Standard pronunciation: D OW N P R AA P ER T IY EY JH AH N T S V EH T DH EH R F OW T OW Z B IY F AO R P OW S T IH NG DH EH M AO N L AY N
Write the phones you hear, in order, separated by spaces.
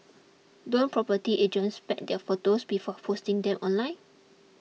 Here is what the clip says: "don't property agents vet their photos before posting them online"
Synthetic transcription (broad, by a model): D OW N P R AA P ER T IY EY JH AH N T S P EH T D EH F OW T OW S B IY F AO P OW S T IH NG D EH M AO N L AY N